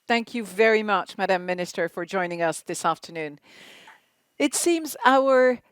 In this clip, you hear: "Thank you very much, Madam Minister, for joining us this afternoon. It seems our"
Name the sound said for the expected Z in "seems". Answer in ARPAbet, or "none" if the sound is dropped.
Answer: Z